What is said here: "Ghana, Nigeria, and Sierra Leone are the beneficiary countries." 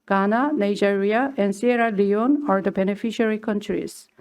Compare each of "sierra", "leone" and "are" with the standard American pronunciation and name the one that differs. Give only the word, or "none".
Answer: none